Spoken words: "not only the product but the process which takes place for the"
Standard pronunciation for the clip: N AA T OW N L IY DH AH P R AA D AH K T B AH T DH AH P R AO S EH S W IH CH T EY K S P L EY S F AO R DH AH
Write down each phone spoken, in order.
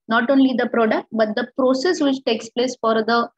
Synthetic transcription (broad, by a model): N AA T OW N L IY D AH P R AA D AH K T B AH T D AH P R AO S EH S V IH CH T EY K S P L EY S F AO R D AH